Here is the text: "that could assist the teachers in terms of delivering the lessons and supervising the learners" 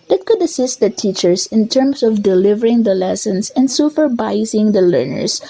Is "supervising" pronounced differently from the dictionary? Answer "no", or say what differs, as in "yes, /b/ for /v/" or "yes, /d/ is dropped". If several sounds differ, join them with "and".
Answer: yes, /f/ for /p/